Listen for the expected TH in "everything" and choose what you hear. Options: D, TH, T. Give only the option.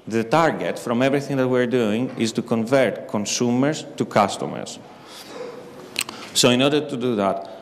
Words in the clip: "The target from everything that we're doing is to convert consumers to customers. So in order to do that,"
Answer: TH